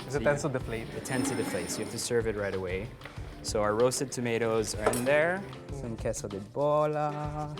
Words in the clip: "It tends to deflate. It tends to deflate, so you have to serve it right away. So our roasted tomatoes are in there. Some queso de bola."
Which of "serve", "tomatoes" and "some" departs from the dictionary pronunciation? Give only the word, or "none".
none